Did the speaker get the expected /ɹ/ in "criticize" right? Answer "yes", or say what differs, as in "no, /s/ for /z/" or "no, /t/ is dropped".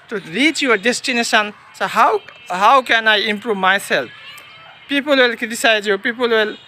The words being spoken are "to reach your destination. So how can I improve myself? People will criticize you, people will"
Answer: no, /ɹ/ is dropped